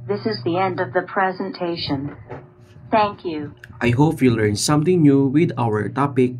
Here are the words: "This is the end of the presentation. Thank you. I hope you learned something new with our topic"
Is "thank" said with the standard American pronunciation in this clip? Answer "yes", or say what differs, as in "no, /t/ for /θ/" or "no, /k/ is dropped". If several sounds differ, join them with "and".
yes